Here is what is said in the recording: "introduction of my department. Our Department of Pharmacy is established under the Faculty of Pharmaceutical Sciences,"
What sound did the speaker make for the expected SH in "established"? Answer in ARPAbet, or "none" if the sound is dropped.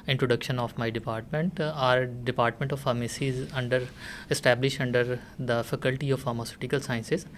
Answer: SH